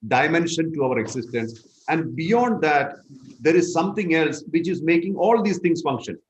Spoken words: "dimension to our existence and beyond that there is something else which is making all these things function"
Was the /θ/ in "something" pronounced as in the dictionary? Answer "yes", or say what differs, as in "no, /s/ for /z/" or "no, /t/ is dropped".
no, /t/ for /θ/